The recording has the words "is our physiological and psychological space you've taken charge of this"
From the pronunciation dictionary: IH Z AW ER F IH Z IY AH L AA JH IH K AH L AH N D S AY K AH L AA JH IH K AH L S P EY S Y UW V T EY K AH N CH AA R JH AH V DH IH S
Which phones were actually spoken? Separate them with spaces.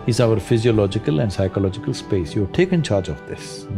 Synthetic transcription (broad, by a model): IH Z AW ER F IH Z IY AH L AA JH IH K AH L AH N D S AY K AH L AA JH IH K AH L S P EY S Y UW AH T EY K AH N CH AA R JH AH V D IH S